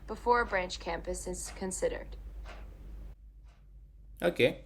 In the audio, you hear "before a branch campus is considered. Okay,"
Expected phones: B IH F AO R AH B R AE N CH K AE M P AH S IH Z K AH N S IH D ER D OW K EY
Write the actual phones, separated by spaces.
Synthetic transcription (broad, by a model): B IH F AO R AH B R AE N CH K AE M P AH S IH Z K AH N S IH D ER D OW K EY